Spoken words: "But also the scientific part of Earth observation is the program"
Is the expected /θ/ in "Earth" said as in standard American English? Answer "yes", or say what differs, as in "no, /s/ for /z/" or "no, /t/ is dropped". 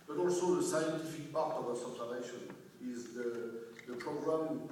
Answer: no, /s/ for /θ/